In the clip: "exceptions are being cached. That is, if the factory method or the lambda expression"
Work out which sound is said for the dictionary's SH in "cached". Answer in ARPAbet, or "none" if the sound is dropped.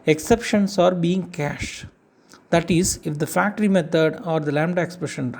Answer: SH